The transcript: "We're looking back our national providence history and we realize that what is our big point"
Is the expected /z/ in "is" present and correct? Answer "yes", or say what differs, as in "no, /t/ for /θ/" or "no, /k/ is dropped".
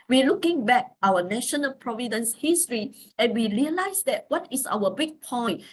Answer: no, /s/ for /z/